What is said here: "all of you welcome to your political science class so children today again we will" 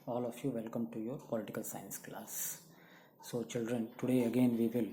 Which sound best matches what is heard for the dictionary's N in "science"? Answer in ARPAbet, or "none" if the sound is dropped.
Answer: N